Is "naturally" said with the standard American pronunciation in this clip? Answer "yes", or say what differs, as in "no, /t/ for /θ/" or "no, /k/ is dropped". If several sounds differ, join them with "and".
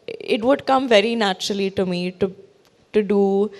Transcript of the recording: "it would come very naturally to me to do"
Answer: yes